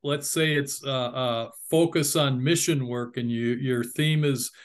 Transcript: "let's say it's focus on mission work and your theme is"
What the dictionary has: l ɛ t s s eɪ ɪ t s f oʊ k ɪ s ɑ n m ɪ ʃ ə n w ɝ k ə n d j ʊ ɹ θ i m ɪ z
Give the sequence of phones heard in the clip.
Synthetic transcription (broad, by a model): l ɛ t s s eɪ ɪ t s f oʊ k ɪ s n m ɪ ʃ ə n w ɝ k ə n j j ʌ ɹ θ i m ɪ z